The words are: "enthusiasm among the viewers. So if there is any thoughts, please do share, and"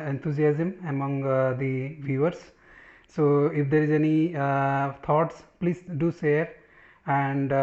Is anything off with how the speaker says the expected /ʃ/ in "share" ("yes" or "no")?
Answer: yes